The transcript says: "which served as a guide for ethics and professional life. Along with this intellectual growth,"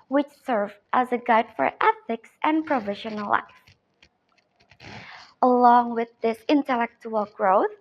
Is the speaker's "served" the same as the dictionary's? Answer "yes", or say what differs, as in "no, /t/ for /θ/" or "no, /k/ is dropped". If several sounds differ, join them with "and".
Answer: no, /d/ is dropped